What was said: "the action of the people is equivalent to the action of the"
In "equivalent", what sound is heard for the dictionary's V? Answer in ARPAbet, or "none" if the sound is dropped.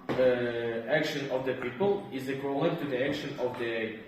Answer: none